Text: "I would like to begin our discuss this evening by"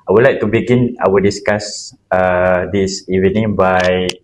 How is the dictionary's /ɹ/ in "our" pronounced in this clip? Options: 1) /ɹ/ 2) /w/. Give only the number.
2